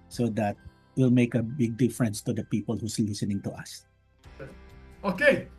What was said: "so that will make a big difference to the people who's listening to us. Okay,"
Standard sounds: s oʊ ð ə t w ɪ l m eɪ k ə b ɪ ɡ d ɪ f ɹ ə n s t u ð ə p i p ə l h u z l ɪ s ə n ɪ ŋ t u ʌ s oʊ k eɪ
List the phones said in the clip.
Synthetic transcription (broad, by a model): s oʊ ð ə t w ɪ l m eɪ k ə b ɪ ɡ d ɪ f ɹ ə n s t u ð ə p i p ə l h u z l ɪ s ə n ɪ ŋ t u ʌ s oʊ k eɪ